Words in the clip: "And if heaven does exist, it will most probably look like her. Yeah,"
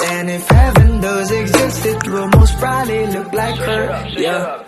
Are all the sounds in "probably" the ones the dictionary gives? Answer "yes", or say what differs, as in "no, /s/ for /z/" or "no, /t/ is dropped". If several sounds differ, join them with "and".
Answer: no, /b/ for /p/